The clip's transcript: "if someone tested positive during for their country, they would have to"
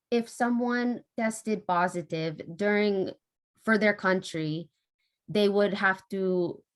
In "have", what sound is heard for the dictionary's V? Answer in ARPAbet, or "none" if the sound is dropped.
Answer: F